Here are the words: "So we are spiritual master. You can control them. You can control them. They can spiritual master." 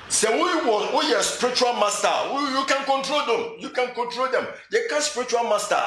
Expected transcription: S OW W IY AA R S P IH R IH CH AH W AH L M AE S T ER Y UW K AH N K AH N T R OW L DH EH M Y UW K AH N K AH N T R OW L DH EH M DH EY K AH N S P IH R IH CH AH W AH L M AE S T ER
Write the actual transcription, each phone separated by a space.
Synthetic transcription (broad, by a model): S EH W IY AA W S P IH R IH CH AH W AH L M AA S T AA Y UW K AH N K AH N T R OW L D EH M Y UW K AH N K AH N T R OW L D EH M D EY K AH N S P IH R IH CH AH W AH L M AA S T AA